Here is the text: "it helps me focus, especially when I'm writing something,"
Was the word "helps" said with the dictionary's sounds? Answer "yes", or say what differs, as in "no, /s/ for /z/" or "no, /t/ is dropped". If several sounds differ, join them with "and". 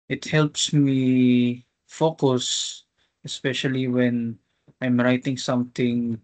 yes